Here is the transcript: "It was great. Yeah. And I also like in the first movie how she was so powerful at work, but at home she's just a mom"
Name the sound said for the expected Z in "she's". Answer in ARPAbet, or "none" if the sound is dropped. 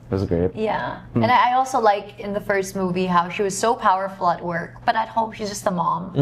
Z